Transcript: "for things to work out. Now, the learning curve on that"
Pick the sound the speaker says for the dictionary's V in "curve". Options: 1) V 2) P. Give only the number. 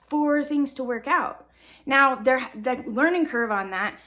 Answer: 1